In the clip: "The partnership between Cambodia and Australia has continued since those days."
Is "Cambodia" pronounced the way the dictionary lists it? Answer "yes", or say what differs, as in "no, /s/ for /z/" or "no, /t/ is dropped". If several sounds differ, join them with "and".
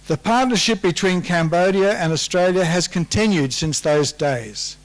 yes